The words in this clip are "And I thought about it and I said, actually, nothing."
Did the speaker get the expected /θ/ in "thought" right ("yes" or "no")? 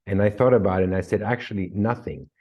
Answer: yes